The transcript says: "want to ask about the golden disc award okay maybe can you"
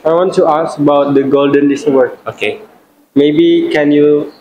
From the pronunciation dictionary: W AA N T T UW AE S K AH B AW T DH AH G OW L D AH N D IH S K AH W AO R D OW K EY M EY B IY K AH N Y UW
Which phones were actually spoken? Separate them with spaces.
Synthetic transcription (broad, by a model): W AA N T T UW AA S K AH B AW T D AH G OW L D AH N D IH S AH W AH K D OW K EY M EY B IY K AH N Y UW